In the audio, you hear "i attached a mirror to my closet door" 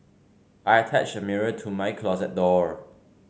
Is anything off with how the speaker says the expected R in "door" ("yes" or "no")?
no